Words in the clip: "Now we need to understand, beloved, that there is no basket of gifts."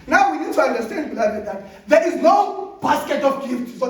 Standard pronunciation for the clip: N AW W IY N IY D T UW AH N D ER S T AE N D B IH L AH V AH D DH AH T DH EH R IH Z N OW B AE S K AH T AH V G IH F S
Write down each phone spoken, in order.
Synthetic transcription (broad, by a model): N AW W IY N IY D T UW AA N D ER S T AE N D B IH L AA AH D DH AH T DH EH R IH Z N OW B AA S K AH T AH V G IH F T